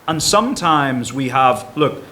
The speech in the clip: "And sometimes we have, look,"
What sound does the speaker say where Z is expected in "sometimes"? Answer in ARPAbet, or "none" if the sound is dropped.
Z